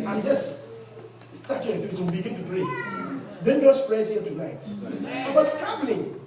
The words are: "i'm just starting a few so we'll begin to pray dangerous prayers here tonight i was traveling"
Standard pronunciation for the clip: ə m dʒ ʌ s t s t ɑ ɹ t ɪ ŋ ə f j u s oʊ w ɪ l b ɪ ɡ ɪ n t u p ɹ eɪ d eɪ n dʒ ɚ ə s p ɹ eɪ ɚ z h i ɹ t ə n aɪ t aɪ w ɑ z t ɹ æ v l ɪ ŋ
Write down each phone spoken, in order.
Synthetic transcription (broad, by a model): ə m dʒ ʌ s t s t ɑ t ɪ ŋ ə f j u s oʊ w b ɪ ɡ ɪ n t u p ɹ eɪ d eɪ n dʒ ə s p ɹ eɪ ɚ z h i l t ə n aɪ t aɪ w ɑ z t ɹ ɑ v l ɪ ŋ